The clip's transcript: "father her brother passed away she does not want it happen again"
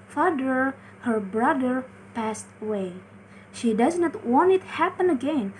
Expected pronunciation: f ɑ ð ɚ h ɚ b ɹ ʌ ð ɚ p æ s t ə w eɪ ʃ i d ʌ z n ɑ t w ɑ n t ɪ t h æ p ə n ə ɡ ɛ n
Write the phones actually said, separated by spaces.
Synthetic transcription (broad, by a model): f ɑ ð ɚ h ɚ b ɹ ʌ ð ɚ p æ s t ə w eɪ ʃ i d ʌ z n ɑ t w ɑ n t ɪ t h æ p ə n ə ɡ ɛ n